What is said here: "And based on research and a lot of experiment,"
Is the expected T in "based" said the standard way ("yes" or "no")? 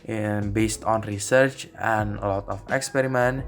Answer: yes